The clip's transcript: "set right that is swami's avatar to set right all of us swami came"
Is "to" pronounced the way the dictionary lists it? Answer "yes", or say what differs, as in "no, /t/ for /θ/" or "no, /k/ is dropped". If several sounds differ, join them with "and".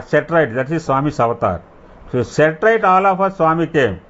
no, /s/ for /t/